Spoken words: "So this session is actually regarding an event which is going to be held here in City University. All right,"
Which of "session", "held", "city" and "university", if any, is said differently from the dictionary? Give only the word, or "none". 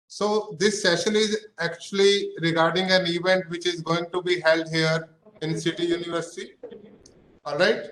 none